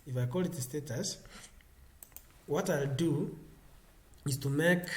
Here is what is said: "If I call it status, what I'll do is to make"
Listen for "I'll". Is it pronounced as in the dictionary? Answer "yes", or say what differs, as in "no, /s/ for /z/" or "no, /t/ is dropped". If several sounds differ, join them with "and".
yes